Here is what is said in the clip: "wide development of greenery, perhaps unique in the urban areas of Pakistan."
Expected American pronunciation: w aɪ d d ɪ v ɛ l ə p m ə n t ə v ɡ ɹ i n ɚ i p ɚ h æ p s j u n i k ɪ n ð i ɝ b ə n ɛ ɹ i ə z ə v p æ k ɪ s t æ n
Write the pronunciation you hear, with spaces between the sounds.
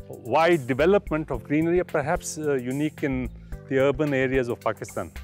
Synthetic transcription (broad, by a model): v aɪ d d ɪ v ɛ l ə p m ə n t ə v ɡ ɹ i n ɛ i p ɚ h æ p s j u n i k ɪ n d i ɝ b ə n ɛ ɹ i ə z ə v p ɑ k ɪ s t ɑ n